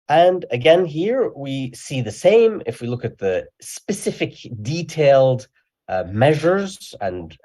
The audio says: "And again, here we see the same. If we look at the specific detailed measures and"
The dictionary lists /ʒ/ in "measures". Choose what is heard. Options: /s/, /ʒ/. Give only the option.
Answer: /ʒ/